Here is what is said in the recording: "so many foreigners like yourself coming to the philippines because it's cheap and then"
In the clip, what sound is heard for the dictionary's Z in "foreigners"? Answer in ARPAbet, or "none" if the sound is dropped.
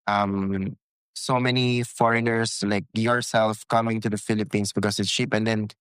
S